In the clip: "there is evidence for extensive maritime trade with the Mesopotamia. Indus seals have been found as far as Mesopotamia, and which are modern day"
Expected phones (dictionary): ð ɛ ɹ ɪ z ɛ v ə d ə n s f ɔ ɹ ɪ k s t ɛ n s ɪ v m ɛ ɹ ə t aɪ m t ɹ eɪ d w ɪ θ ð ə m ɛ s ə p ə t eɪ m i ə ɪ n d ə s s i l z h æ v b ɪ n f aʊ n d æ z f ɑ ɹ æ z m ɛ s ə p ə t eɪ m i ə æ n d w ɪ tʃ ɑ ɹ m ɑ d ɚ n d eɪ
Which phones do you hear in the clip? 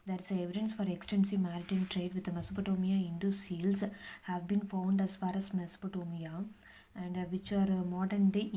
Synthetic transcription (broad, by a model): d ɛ ɹ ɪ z ɛ v ə d ə n s f ɔ ɹ ɪ k s t ɛ n s ɪ v m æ ɹ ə t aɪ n t ɹ eɪ d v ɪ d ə m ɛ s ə p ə t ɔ m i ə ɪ n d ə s s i l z h æ v b ɪ n f aʊ n d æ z f ɑ ɹ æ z m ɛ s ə p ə t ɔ m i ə æ n d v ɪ tʃ ɑ ɹ m ɑ d ɚ n d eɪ